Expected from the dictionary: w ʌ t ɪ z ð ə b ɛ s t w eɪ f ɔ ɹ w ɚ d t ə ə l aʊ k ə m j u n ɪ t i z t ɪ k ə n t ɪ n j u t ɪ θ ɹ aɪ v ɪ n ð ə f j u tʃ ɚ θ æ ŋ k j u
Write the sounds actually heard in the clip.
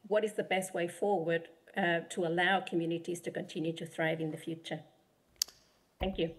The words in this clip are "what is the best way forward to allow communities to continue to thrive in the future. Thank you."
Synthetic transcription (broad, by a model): w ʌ t ɪ z ð ə b ɛ s t w eɪ f ɔ ɹ w ɚ d t ə ə l aʊ k ə m j u n ɪ t i z t ɪ k ə n t ɪ n j u t ɪ θ ɹ aɪ v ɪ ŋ ð ə f j u tʃ ɚ θ æ ŋ k j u